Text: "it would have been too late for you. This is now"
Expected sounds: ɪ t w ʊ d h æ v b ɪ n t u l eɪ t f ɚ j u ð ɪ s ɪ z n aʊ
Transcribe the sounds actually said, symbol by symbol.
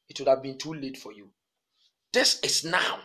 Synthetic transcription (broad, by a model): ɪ t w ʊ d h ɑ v b ɪ n t u l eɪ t f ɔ j u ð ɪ s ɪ s n aʊ